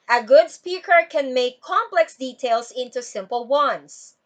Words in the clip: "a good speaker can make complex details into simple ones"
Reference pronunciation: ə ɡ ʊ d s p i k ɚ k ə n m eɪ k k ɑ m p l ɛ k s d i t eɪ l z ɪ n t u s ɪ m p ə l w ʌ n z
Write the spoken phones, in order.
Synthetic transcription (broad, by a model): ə ɡ ʊ d s p i k ɚ k ə n m eɪ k k ɑ m p l ɛ k s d i t eɪ l s ɪ n t u s ɪ m p ə l w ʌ n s